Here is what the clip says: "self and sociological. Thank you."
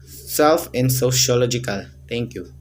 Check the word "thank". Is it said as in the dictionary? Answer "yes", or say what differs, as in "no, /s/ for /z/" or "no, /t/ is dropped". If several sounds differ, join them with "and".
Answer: no, /t/ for /θ/